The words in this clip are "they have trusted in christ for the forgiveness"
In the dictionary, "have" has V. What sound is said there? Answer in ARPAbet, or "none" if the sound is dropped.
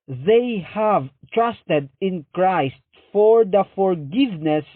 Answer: V